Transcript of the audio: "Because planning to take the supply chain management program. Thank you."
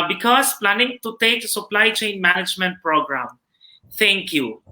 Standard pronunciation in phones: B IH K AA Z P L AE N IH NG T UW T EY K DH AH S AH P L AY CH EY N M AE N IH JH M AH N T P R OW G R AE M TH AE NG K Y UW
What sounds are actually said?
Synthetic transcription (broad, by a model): B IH K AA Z P L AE N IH NG T UW T EY K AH S AH P L AY CH EY N M AE N IH JH M AH N T P R OW G R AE M T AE NG K Y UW